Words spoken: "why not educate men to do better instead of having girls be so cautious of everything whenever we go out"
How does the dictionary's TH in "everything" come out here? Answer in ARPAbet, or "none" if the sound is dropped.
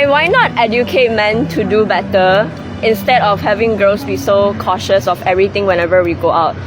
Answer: T